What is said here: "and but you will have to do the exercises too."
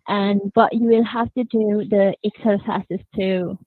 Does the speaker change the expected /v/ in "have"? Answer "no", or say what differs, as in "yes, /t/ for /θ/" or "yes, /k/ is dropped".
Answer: yes, /f/ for /v/